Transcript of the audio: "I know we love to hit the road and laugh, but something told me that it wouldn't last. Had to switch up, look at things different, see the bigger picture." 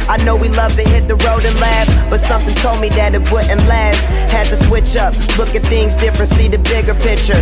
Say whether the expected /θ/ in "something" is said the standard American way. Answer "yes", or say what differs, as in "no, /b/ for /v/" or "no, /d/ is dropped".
yes